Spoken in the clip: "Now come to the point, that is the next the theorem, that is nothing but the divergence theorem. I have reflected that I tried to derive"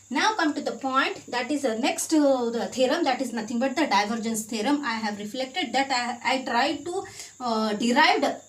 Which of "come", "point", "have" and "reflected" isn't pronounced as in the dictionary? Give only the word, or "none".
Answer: none